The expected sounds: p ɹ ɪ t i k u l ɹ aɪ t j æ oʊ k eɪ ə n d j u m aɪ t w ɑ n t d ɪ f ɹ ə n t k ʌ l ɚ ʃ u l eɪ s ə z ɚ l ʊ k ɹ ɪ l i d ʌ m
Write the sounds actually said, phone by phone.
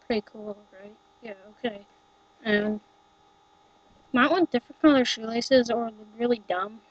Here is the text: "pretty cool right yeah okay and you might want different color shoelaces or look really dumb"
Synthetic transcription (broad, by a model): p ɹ ɪ t i k u l ɹ aɪ t j æ oʊ k eɪ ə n m aɪ t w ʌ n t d ɪ f ɹ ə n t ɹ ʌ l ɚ ʃ u l eɪ s ə z ɚ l ɹ ɪ l i d ʌ m